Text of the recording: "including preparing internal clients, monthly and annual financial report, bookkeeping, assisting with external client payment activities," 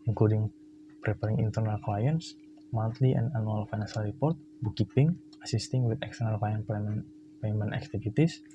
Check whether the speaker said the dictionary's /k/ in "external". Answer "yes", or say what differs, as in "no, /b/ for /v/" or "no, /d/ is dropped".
yes